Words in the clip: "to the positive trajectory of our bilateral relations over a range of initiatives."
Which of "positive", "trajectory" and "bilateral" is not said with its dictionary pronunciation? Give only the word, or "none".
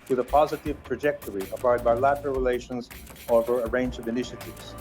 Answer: none